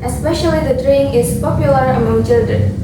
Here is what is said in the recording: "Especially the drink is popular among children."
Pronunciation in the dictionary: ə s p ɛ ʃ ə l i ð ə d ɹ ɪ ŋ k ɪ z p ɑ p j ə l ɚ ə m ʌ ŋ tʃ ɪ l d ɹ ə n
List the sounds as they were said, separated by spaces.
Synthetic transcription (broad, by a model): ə s p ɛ ʃ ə l i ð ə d ɹ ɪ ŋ ɪ s p ɑ p j ə l ɚ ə m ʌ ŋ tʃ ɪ l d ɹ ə n